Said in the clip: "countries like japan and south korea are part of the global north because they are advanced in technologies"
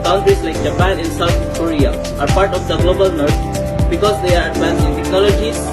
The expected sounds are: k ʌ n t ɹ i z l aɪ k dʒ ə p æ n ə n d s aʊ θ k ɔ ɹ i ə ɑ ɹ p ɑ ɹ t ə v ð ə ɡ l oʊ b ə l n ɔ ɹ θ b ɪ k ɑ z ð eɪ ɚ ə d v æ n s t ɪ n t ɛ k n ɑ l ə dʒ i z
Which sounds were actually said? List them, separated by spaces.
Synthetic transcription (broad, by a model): k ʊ n t ɹ i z l aɪ k dʒ ə p æ n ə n s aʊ t k ɔ ɹ i ə ɑ ɹ p ɑ ɹ t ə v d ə ɡ l oʊ b ə l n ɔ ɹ t b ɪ k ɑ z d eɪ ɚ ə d p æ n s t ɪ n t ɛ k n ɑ l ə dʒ i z